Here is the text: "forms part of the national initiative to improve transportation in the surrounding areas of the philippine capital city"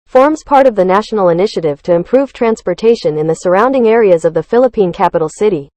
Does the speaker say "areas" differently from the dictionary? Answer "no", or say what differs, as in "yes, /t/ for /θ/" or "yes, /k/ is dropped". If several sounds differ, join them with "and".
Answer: no